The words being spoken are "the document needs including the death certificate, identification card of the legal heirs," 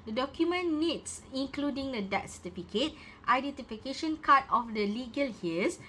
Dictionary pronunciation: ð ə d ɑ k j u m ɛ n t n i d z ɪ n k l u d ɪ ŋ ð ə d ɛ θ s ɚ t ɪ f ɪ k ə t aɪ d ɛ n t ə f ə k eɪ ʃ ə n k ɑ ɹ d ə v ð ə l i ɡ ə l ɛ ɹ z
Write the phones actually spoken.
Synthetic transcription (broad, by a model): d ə d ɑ k j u m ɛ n n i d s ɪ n k l u d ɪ ŋ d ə d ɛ t s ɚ t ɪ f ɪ k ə t aɪ d ɛ n t ə f ə k eɪ ʃ ə n k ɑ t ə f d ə l i ɡ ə l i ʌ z